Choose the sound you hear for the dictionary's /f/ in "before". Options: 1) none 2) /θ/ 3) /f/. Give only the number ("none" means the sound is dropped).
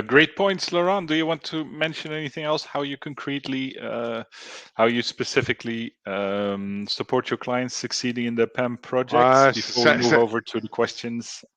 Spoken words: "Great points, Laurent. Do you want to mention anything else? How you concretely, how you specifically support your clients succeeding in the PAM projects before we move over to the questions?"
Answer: 1